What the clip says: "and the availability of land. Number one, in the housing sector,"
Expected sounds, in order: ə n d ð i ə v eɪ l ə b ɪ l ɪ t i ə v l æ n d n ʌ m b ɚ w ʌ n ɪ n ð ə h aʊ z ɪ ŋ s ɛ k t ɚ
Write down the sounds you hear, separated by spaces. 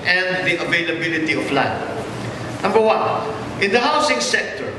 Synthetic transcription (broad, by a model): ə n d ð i ə v eɪ l ə b ɪ l ɪ t i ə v l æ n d n ʌ m b ɚ w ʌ n ɪ n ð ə h aʊ s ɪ ŋ s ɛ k t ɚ